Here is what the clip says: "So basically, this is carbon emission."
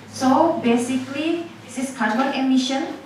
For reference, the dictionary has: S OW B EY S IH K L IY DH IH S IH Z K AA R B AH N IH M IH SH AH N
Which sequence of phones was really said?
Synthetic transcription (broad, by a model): S OW B EY S IH K L IY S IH S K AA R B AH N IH M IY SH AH N